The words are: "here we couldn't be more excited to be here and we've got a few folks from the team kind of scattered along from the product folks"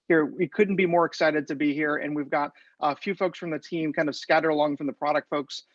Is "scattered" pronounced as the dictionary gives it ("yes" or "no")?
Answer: no